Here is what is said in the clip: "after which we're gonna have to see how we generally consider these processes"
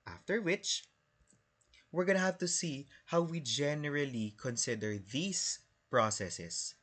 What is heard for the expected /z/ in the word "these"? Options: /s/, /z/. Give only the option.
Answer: /s/